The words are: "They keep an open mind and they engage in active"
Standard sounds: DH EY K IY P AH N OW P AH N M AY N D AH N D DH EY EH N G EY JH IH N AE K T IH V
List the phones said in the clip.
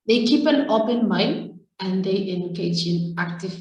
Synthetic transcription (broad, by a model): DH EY K IY P AH N OW P AH N M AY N AH N D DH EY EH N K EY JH IH N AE K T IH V